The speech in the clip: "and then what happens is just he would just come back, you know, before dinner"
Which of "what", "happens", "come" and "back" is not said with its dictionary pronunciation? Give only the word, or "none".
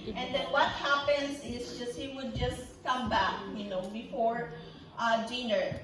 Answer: happens